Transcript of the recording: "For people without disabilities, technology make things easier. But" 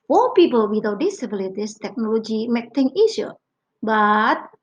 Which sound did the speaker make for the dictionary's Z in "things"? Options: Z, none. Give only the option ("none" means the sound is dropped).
none